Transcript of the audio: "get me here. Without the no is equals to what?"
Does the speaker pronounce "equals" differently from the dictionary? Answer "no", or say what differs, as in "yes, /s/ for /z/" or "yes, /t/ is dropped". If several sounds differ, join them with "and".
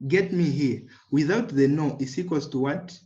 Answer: yes, /l/ is dropped